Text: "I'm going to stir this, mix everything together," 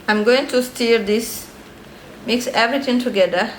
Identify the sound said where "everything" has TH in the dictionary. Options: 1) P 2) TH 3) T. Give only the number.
3